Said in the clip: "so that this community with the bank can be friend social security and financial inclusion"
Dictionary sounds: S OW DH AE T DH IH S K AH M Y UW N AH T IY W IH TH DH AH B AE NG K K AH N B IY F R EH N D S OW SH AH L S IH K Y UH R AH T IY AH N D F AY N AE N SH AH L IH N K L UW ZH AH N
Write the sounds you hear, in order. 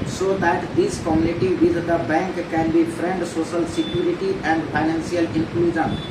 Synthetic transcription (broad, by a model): S OW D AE T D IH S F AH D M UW L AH T IY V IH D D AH B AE NG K K AH N B IY F R EH N D S OW SH AH L S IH K Y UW R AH T IY AH N D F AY N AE N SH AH L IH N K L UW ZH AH N